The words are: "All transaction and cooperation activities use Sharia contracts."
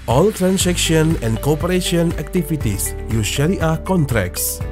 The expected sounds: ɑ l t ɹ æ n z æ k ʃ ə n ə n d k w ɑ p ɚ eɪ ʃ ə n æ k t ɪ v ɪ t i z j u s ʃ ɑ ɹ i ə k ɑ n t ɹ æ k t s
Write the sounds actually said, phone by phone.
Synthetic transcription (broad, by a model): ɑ l t ɹ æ n s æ k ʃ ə n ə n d k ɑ p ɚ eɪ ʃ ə n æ k t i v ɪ t i s j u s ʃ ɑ l i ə k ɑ n t ɹ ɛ k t s